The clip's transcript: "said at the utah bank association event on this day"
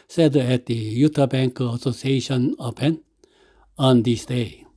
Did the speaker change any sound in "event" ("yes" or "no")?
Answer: yes